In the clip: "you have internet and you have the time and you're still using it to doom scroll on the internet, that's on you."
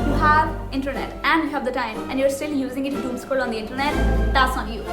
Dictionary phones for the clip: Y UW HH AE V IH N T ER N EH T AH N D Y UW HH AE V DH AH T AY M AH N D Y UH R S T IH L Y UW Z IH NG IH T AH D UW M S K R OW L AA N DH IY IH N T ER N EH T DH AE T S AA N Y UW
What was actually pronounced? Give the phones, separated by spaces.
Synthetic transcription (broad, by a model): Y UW HH AE V IH N T ER N EH T AH N D Y UW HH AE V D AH T AY M AH N D Y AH R S T IH L Y UW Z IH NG IH T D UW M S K OW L AA N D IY IH N T ER N EH T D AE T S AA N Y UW